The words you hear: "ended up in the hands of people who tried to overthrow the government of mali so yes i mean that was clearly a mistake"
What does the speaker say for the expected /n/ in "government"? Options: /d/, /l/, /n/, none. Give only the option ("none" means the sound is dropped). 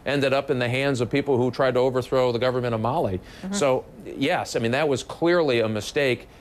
none